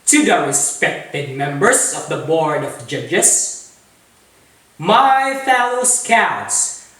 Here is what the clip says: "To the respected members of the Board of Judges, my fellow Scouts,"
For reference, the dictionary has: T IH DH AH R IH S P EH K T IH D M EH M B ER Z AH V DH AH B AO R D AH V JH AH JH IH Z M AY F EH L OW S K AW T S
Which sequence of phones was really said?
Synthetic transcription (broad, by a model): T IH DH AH R IH S P EH K T IH D M EH M B ER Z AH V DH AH B AO R D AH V JH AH JH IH S M AY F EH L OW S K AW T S